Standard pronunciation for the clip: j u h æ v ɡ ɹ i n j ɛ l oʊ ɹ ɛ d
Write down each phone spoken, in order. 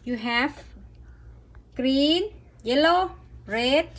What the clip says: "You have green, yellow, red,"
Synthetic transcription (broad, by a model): j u h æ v ɡ ɹ i n j ɛ l oʊ ɹ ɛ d